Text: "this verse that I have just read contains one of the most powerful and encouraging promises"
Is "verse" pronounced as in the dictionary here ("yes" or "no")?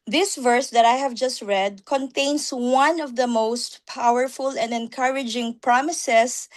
yes